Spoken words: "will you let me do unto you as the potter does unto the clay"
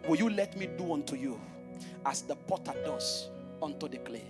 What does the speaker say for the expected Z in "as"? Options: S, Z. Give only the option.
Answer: S